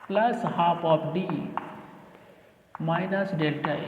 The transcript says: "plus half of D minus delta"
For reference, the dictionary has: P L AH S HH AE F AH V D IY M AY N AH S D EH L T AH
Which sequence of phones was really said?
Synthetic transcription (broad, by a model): P L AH S HH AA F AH P D IY M AY N AH S D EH L T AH